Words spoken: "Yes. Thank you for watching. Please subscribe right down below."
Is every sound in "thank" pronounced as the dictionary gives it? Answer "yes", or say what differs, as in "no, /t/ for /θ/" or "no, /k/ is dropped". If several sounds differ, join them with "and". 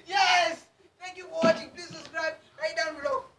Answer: no, /t/ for /θ/